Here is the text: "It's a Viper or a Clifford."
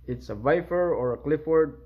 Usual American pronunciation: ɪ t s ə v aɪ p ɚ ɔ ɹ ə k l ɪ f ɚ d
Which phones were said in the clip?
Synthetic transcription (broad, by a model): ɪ t s ə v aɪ f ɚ ɔ ɹ ə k l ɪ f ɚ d